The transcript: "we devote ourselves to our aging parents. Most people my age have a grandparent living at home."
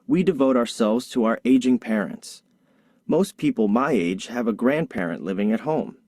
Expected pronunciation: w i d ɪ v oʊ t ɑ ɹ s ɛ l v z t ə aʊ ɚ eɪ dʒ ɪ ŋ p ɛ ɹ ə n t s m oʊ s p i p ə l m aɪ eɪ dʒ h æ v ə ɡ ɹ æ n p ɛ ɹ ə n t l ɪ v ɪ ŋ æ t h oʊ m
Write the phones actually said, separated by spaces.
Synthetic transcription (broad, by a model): w i d ɪ v oʊ t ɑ ɹ s ɛ l v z t ə aʊ ɚ eɪ dʒ ɪ ŋ p ɛ ɹ ə n t s m oʊ s p i p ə l m aɪ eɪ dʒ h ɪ v ə ɡ ɹ æ n p ɛ ɹ ə n t l ɪ v ɪ ŋ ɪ t h oʊ m